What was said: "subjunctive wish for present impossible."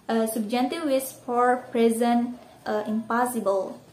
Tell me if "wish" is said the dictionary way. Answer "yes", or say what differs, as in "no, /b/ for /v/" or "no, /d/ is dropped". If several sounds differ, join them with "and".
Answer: no, /s/ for /ʃ/